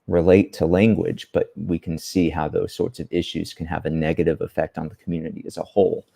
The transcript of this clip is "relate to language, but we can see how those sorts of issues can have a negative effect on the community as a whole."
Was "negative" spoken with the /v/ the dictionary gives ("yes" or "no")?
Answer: yes